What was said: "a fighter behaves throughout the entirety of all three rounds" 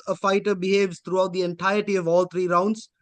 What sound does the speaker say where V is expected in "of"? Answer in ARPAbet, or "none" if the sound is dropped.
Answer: V